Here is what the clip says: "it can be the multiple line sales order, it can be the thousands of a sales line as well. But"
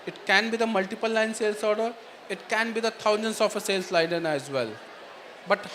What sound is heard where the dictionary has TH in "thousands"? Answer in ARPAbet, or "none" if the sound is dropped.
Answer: T